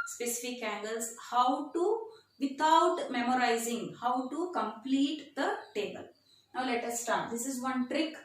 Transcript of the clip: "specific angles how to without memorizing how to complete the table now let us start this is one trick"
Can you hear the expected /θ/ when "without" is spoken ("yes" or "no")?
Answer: no